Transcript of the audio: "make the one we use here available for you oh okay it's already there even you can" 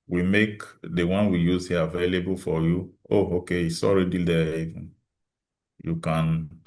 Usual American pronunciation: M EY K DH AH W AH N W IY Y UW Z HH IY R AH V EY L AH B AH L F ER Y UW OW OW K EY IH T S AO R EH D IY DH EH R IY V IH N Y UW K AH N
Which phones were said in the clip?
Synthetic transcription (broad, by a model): M EY K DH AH W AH N W IY Y UW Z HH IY AH V EY L AH B AH L F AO Y UW OW OW K EY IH S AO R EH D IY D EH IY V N Y UW K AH N